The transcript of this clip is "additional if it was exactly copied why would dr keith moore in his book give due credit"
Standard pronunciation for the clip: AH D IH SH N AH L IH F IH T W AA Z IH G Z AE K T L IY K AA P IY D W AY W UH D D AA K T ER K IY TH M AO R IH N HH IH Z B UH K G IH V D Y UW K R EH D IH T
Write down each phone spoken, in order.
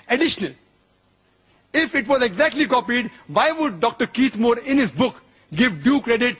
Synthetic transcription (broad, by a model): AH D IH SH N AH L IH F IH T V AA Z IH G Z AE K T L IY K AA P IY D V AY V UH D D AA K T ER K IY T M AO R IH N HH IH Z B UH K G IH V D Y UW K R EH D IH T